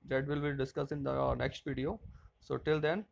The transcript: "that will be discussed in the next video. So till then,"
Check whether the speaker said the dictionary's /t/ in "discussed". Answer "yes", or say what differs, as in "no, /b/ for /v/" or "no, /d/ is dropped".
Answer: no, /t/ is dropped